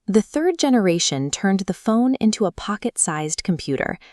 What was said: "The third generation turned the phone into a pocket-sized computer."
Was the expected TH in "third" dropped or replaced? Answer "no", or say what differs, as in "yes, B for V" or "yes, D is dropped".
no